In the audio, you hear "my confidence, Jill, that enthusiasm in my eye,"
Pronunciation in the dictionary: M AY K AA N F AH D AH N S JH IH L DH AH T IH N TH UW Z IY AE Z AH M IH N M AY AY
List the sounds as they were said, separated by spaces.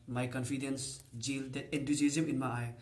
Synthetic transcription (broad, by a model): M AY K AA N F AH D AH N S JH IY L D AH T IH N T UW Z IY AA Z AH M IH N M AY AY